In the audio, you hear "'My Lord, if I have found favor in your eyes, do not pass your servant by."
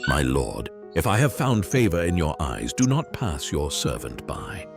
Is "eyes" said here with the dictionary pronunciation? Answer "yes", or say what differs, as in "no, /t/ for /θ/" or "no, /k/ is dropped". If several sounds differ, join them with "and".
yes